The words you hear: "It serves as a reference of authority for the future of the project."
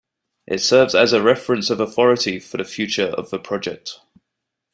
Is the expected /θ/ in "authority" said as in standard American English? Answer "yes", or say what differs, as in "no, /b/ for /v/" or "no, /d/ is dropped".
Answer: yes